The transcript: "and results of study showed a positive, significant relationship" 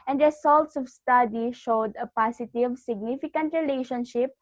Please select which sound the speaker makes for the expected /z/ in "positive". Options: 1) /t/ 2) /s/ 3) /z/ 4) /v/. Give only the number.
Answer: 2